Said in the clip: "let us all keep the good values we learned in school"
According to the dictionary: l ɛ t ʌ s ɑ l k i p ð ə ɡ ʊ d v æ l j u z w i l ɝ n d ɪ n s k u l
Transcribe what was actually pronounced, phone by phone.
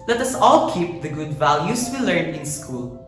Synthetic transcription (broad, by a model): l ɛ t ʌ s ɑ l k i p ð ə ɡ ʊ d v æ l j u s w i l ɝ n ɪ n s k u l